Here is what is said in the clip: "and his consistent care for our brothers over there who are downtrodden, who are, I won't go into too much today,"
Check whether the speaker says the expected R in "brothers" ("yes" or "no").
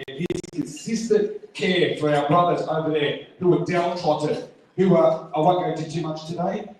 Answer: yes